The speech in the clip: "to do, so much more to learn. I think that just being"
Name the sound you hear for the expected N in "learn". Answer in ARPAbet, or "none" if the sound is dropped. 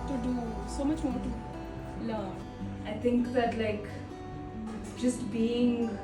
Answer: none